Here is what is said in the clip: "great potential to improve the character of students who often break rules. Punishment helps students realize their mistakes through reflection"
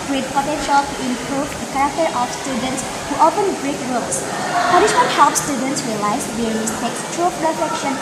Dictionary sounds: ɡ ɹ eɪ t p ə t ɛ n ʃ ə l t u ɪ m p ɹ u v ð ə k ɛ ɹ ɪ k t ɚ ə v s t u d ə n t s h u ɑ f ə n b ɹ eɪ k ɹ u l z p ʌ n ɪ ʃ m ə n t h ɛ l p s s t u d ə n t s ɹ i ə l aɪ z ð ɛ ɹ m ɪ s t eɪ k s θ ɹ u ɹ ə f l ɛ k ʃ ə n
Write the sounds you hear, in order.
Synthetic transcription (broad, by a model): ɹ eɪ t p ə t ɛ n ʃ ə l t u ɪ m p ɹ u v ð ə k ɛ ɹ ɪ k t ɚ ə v s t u d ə n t s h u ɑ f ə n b ɹ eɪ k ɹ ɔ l s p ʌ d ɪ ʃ ə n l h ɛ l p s s t u d ə n t s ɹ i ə l aɪ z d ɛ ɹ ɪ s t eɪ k s t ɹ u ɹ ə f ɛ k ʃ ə n